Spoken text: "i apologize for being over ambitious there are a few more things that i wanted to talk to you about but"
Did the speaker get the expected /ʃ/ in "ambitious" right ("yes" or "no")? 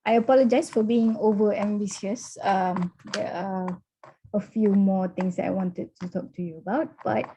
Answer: no